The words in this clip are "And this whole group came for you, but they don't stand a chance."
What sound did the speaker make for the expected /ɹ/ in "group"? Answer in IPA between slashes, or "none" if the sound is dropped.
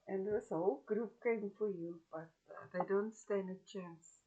/ɹ/